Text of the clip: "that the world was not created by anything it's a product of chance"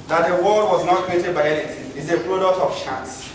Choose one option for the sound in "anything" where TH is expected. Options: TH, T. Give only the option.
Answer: T